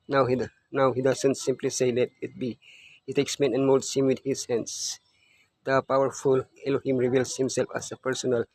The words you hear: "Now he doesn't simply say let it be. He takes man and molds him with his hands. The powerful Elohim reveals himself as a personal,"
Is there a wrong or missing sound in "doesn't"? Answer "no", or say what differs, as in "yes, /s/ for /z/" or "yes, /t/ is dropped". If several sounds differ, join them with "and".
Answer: yes, /s/ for /z/